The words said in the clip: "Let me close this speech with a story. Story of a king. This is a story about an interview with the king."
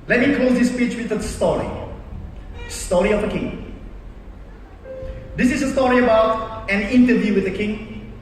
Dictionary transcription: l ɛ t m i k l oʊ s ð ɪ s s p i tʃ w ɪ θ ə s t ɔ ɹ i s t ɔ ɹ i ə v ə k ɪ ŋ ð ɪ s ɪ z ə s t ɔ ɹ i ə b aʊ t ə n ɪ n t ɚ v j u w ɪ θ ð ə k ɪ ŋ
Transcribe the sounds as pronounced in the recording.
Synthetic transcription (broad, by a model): l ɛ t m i k l oʊ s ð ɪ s s p i tʃ w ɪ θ ə s t ɔ ɹ i s t ɔ ɹ i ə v ə k ɪ ŋ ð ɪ s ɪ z ə s t ɔ ɹ i ə b aʊ t ə n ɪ n t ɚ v j u w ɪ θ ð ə k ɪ ŋ